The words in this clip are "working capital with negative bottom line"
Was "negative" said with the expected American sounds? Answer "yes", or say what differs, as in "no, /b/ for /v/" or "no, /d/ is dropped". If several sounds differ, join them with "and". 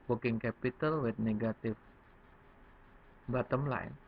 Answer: no, /f/ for /v/